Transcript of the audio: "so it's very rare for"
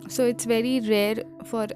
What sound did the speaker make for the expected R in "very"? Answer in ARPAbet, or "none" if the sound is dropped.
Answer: L